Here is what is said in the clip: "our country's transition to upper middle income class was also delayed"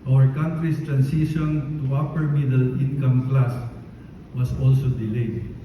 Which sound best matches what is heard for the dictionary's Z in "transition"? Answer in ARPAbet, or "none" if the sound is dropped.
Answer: S